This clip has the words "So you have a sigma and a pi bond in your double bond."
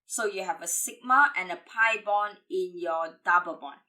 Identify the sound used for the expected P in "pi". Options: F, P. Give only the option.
P